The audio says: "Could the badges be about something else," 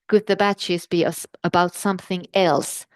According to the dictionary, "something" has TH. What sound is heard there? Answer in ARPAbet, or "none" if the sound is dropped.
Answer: TH